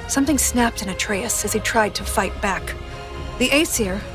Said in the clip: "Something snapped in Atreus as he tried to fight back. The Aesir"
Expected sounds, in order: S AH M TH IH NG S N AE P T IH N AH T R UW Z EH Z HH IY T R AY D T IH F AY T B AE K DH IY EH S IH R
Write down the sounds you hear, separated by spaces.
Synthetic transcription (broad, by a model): S AH M TH IH NG S N AE P T IH N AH T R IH S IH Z IY T R AY D T IH F AY T B AE K DH IY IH S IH R